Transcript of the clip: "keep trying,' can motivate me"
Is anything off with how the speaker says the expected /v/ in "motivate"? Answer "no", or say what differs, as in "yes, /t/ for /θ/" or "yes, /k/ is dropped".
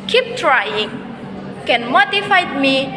yes, /f/ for /v/